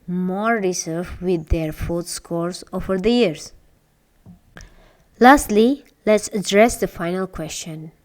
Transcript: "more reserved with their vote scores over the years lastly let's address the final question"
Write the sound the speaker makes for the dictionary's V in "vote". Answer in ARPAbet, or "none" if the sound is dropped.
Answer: F